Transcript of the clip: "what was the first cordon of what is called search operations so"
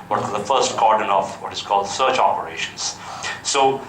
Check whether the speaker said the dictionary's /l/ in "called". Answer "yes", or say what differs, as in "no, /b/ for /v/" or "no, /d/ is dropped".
yes